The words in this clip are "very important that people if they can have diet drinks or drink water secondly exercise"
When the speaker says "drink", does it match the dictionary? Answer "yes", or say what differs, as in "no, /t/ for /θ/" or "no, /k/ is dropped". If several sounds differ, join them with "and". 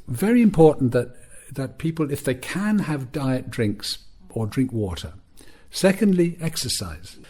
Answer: yes